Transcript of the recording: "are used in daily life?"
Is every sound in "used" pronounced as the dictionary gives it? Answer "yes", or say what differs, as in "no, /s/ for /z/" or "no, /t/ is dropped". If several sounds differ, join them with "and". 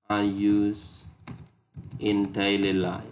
no, /d/ is dropped